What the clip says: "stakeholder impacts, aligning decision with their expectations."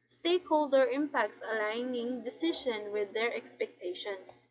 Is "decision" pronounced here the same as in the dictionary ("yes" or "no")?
no